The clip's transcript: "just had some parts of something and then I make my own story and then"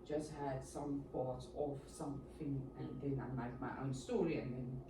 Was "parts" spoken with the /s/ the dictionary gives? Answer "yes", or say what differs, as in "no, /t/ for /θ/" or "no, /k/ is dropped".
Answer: no, /s/ is dropped